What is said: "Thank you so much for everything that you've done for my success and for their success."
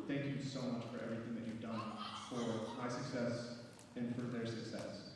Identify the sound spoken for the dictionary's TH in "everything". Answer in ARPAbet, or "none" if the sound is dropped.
TH